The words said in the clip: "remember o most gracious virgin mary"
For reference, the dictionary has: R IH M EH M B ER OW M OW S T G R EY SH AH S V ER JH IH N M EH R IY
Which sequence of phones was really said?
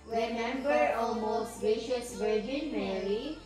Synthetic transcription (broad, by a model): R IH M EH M B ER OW M OW S T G EY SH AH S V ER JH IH N M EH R IY